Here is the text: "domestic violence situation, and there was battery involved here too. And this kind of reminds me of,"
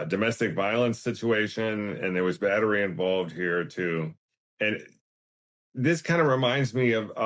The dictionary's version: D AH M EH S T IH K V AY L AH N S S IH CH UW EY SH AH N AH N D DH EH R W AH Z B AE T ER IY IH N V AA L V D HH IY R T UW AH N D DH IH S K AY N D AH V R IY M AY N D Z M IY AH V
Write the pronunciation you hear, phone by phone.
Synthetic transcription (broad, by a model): D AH M EH S T IH K V AY L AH N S S IH CH UW EY SH AH N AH N DH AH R W AH Z B AE T ER IY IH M V AA L V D HH IY R T UW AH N DH IH S K AY N D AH R IY M AY N D Z M IY AH V